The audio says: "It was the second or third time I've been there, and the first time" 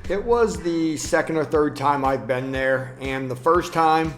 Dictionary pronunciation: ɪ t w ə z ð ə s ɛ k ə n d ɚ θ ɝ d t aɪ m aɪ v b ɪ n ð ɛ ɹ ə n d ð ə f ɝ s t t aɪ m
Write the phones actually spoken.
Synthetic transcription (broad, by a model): ɪ t w ə z ð ə s ɛ k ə n d ɚ θ ɝ d t aɪ m aɪ v b ɪ n ð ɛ ɹ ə n ð ə f ɝ s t t aɪ m